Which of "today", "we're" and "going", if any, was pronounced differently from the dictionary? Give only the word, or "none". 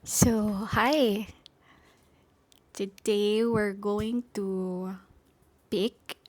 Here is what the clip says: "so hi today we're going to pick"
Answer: none